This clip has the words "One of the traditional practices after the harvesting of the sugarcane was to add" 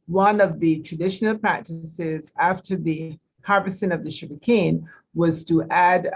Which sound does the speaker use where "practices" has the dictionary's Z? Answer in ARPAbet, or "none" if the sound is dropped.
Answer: Z